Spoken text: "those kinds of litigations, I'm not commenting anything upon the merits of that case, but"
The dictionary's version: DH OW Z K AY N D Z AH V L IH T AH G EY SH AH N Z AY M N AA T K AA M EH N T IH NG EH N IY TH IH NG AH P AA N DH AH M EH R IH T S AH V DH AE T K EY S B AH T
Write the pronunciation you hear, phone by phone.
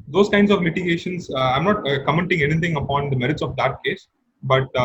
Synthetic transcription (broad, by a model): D OW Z K AY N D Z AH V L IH T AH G EY SH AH N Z AY M N AA T K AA M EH N T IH NG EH N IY T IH NG AH P AA N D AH M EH R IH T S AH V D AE T K EY S B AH T